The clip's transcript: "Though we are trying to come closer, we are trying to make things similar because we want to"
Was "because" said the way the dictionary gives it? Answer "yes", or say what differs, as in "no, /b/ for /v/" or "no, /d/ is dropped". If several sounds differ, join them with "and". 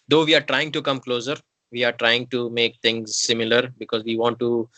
yes